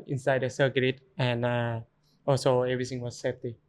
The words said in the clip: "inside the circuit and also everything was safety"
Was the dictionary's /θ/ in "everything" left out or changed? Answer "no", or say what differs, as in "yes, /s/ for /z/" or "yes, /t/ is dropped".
yes, /t/ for /θ/